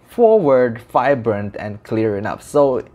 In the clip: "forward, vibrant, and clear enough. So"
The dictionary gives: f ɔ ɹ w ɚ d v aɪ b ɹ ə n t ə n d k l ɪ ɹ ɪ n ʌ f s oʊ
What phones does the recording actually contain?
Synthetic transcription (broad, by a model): f ɔ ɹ w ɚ d f aɪ b ɹ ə n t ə n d k l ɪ ɹ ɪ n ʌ p s oʊ